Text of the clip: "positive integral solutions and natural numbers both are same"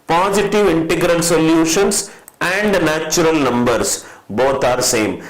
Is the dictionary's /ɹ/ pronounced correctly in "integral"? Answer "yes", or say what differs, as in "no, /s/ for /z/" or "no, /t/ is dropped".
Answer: yes